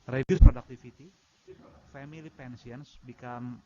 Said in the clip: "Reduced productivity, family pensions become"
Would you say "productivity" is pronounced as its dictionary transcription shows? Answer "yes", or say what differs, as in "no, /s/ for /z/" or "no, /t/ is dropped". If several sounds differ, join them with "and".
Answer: no, /f/ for /v/